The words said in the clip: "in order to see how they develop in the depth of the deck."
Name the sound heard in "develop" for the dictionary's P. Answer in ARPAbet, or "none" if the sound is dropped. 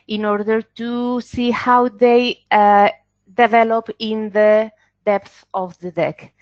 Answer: P